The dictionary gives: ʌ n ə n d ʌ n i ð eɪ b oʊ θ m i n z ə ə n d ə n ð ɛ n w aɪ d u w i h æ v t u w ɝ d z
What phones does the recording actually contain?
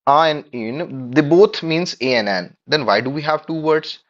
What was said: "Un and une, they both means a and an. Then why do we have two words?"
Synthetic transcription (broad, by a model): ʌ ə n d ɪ n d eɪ b oʊ t m i n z ə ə n ə n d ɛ n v aɪ d u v i h æ v t u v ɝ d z